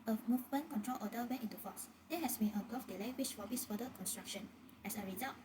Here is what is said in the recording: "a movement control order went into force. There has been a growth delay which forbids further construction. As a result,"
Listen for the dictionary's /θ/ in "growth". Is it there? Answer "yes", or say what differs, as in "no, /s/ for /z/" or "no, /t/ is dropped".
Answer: no, /f/ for /θ/